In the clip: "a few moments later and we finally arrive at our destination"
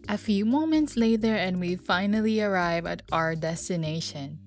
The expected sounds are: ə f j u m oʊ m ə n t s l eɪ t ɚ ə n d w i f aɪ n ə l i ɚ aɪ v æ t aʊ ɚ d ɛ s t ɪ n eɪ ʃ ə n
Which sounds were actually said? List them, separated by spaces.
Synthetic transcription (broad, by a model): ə f j u m oʊ m ə n t s l eɪ t ɚ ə n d w i f aɪ n ə l i ɚ aɪ v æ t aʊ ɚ d ɛ s t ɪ n eɪ ʃ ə n